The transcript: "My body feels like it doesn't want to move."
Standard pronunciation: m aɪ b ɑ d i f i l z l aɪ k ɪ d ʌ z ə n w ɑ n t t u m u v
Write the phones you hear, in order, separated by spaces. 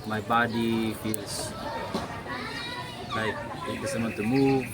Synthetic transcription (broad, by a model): m aɪ b ɑ d i f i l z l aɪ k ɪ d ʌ s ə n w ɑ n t t u m u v